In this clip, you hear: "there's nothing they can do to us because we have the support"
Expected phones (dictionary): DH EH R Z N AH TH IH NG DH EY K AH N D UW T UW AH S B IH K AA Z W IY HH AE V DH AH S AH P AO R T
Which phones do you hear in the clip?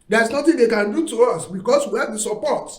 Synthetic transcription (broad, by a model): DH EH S N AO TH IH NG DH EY K AH N D UW T UW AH S B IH K AA S W IY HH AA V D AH S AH P AO T